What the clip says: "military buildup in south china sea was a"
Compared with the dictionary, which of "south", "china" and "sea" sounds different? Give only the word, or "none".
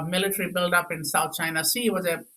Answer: south